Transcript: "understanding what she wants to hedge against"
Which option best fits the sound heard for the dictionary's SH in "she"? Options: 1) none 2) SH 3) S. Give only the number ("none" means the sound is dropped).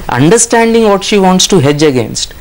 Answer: 2